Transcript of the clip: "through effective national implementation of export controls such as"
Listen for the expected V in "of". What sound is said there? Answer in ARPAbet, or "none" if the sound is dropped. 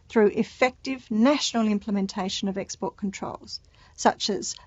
V